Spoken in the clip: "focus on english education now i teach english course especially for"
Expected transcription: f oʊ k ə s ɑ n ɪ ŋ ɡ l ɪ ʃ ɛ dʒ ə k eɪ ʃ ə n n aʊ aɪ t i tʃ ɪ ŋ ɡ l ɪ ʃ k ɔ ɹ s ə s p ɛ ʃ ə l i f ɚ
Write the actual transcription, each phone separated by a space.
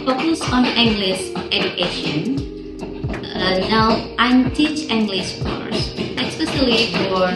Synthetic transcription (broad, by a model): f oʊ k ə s ɑ n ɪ ŋ ɡ l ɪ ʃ ɛ dʒ ə k eɪ ʃ ə n n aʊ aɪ t i tʃ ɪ ŋ ɡ l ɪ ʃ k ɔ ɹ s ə s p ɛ s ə l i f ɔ